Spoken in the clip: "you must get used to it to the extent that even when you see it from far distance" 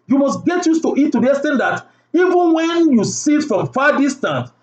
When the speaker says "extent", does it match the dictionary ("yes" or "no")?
no